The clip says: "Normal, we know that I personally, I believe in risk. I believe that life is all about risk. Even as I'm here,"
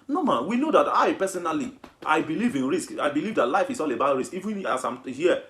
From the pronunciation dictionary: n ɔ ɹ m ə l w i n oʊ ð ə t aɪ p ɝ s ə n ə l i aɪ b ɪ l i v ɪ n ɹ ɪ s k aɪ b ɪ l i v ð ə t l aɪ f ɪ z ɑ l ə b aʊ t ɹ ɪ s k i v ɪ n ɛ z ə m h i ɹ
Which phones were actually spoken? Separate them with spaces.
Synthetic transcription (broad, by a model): n ɔ m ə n w i n oʊ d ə t aɪ p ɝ s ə n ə l i aɪ b ɪ l i v ɪ n ɹ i s k aɪ b ɪ l i v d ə t l aɪ f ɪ s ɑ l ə b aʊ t ɹ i s k i v ɪ n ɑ s ə m h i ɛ